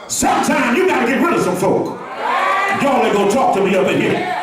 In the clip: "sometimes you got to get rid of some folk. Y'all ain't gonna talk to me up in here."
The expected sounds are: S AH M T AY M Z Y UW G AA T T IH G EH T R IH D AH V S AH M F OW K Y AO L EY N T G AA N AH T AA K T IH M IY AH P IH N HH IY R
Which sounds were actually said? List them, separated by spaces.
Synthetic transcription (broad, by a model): S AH M T AY M Y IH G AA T T IH G EH T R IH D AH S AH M F OW K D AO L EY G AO AH T AA K T IH M IY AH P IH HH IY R